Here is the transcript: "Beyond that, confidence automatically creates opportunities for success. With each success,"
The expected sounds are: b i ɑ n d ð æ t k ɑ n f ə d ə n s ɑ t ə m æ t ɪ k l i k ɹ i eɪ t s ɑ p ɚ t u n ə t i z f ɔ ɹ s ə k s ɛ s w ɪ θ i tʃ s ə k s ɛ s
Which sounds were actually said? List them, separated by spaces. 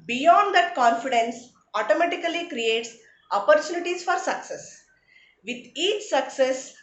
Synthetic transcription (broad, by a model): b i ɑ n d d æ t k ɑ n f ə d ə n s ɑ t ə m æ t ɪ k l i k ɹ i eɪ t s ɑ p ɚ t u n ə t i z f ɔ ɹ s ə k s ɛ s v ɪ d i tʃ s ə k s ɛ s